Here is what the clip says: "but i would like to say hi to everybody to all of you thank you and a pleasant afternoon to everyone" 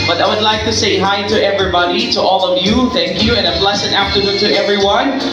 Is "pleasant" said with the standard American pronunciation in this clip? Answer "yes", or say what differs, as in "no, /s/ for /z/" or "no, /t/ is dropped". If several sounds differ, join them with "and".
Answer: no, /s/ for /z/ and /t/ is dropped